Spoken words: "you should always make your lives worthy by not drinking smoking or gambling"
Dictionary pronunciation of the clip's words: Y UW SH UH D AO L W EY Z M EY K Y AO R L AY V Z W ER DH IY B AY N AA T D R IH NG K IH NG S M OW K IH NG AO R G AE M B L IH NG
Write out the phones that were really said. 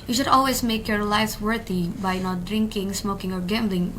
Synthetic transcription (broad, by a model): Y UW SH UH D AO L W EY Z M EY K Y AO R L AY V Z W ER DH IY B AY N AA T D R IH NG K IH NG S M OW K IH NG AO R G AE M B L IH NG